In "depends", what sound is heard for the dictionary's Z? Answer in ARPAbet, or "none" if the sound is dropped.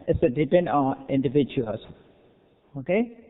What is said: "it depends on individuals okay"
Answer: none